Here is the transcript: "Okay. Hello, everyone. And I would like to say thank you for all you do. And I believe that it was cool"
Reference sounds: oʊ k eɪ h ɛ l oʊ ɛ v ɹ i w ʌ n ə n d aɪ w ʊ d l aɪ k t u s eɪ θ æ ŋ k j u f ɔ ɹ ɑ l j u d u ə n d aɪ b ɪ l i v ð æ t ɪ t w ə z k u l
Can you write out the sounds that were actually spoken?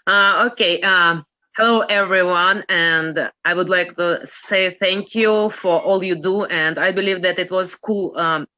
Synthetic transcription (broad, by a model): oʊ k eɪ h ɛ l oʊ ɛ v ɹ i w ʌ n ə n d aɪ w ʊ d l aɪ k t u s eɪ θ æ ŋ k j u f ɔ ɹ ɑ l j u d u ə n d aɪ b ɪ l i v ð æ t ɪ t w ə z k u l